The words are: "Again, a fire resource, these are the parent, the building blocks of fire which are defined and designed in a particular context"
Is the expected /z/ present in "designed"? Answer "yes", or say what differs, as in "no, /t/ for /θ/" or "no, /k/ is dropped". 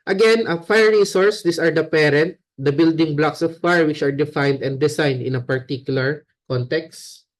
no, /s/ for /z/